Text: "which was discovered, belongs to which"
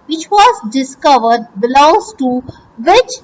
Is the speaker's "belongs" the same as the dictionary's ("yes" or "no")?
no